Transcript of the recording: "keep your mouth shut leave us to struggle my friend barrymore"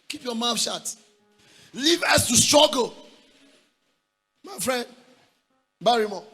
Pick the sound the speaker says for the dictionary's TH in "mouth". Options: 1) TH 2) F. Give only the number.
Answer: 2